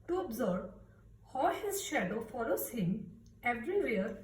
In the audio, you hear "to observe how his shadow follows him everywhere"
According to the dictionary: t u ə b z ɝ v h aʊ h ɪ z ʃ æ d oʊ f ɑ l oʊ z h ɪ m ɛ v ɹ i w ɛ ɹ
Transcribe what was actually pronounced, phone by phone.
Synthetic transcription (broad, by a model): t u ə b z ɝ b h aʊ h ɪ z ʃ æ d oʊ f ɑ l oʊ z h ɪ m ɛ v ɹ i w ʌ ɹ